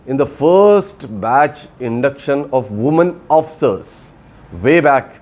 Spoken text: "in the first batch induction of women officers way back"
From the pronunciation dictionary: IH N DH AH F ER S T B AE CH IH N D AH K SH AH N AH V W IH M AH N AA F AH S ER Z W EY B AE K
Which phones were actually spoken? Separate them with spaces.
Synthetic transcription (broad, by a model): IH N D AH F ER S T B AE CH IH N D AH K SH AH N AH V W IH M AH N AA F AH S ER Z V EY B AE K